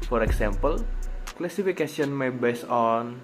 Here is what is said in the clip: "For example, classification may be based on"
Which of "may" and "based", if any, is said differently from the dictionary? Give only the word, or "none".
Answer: based